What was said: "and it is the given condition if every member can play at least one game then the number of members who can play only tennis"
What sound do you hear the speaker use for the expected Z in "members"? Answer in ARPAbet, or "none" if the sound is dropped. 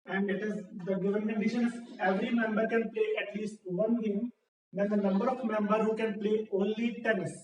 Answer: none